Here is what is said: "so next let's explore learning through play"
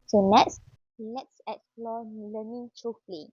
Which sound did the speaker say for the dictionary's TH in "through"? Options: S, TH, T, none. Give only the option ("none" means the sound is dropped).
T